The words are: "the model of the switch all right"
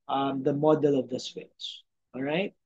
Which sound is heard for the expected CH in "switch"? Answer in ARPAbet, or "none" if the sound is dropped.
S